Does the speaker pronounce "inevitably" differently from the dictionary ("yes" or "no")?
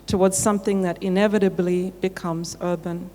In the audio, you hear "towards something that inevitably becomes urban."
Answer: no